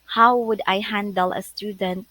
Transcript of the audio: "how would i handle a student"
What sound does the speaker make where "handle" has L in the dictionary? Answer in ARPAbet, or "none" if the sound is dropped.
L